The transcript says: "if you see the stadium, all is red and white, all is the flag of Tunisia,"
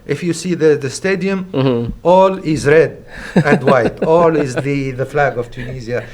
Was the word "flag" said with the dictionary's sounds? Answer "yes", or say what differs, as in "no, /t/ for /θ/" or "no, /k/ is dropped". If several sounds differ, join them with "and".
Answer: yes